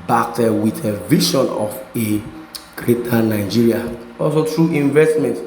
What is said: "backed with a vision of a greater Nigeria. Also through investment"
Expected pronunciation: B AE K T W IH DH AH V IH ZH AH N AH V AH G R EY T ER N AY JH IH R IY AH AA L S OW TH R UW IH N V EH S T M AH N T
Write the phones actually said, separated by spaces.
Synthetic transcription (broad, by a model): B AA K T W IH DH AH V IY SH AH N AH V AH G R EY T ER N AY JH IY R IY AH AA L S OW T R UW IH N V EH S T M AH N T